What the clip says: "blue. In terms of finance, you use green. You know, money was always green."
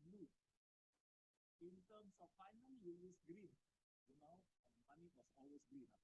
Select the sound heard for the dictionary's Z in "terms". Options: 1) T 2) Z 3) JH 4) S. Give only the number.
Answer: 4